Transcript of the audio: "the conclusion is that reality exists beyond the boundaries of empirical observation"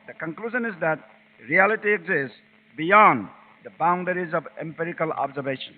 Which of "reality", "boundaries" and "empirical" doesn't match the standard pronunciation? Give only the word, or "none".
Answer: none